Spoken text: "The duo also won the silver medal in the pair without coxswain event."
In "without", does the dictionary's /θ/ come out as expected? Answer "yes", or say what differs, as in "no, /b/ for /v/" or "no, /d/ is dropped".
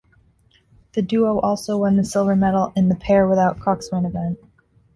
yes